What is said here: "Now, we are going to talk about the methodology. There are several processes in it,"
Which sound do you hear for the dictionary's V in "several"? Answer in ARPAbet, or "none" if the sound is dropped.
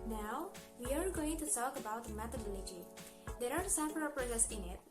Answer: F